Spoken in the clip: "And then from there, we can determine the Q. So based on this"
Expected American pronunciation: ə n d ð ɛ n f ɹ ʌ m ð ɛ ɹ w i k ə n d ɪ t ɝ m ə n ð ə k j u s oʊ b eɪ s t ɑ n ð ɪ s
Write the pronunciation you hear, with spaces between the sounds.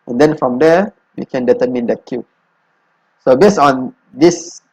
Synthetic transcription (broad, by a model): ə n d ɛ n f ɹ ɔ m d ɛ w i k ə n d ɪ t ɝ m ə n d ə k j u s oʊ b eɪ s ɑ n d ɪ s